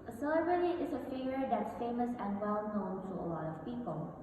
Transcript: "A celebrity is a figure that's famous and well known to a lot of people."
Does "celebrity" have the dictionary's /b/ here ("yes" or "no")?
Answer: no